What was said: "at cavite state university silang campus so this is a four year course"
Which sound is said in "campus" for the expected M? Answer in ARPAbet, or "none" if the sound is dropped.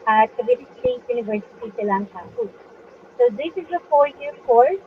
none